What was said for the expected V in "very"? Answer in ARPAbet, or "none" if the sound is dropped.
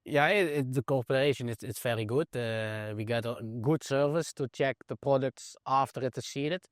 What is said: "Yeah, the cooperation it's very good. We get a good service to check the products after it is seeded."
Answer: F